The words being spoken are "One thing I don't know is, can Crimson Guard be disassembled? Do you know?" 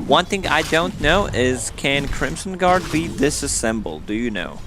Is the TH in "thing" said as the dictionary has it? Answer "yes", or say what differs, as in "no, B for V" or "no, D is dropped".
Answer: yes